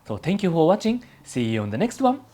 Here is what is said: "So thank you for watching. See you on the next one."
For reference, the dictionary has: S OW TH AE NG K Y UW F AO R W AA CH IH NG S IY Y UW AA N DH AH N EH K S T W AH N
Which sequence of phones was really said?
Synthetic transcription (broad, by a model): S OW T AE NG K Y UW F AO R W AA CH IH NG S IY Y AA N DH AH N EH K S T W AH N